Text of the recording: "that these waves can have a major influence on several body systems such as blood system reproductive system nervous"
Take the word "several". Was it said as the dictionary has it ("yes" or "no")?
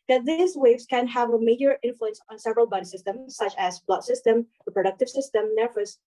yes